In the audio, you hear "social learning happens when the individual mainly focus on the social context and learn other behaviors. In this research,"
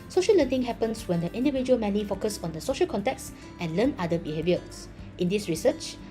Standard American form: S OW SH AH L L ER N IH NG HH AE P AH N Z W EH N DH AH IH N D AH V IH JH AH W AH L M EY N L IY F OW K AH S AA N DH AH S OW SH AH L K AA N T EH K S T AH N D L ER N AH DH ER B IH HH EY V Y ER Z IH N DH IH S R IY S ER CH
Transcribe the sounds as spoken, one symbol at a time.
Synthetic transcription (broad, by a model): S OW SH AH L L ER N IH NG HH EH P AH N S W EH N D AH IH N D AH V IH JH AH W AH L M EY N IY F OW K AH S AA N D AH S OW SH AH L K AA N T EH K S T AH N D L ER N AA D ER B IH HH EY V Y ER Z IH N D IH S R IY S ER CH